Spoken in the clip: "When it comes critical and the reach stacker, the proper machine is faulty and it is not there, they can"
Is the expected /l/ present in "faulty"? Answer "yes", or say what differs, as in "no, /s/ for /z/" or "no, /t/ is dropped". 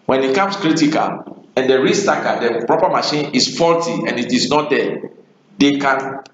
yes